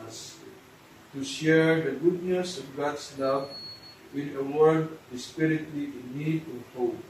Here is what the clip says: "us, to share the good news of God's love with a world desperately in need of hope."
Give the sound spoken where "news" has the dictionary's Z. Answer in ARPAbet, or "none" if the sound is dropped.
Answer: S